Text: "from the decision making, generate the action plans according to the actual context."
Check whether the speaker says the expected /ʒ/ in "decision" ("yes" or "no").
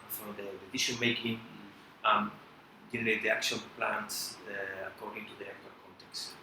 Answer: no